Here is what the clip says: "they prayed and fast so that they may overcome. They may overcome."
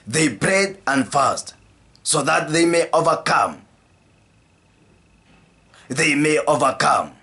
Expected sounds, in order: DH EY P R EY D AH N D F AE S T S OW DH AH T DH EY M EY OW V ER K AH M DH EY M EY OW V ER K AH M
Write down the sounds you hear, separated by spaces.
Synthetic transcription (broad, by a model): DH EY B R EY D AH N D F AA S T S OW DH AH T DH EY M EY OW V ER K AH M DH EY M EY OW V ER K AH M